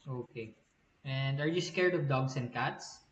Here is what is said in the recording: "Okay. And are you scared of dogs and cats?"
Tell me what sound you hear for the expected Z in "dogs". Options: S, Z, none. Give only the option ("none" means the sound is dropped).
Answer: S